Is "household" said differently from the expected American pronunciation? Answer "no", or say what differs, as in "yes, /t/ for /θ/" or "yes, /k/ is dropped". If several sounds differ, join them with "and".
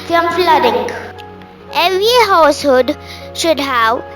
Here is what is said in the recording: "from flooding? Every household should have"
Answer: yes, /l/ is dropped